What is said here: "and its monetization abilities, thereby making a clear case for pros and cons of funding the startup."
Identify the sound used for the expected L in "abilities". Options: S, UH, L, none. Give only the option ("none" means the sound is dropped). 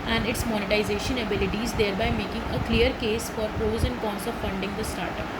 L